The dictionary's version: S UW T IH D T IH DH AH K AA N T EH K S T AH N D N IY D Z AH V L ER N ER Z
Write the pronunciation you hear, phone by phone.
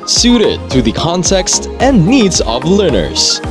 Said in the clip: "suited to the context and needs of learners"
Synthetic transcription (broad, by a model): S UW T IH D T IH DH AH K AA N T EH K S T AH N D N IY D Z AH V L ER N ER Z